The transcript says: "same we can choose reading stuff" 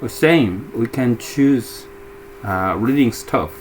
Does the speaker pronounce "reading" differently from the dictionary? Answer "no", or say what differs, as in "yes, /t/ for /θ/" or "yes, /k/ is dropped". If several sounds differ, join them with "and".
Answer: no